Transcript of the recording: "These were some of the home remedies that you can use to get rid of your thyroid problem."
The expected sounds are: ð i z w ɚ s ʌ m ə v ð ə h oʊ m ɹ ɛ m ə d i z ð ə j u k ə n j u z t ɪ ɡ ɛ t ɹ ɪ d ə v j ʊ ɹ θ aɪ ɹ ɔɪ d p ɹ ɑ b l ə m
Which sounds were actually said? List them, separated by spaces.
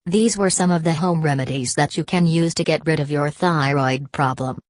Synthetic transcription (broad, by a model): ð i z w ɚ s ʌ m ə v ð ə h oʊ m ɹ ɛ m ə d i z ð ə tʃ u k ə n j u z t ɪ ɡ ɛ t ɹ ɪ d ə v j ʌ ɹ θ aɪ ɹ ɔɪ d p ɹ ɑ b l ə m